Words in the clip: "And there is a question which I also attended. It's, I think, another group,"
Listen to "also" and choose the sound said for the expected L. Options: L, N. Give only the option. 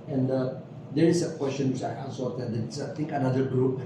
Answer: N